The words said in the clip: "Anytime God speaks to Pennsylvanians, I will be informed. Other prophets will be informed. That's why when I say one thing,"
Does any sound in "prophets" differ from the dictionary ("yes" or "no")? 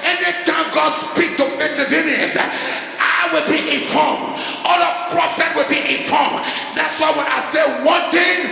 yes